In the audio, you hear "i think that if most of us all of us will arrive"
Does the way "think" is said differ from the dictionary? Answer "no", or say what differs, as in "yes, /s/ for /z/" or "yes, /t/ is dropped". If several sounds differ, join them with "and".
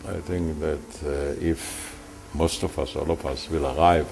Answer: no